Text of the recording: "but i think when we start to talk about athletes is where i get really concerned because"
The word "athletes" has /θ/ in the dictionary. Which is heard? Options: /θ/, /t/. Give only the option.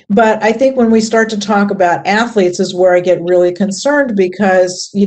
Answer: /θ/